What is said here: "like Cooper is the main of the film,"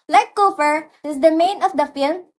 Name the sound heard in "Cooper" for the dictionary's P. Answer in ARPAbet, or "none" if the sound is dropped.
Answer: F